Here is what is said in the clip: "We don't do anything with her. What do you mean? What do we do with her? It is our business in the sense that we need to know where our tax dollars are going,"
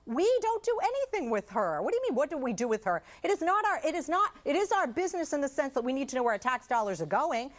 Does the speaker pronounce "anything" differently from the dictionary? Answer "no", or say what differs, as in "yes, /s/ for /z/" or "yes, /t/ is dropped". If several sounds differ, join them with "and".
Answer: no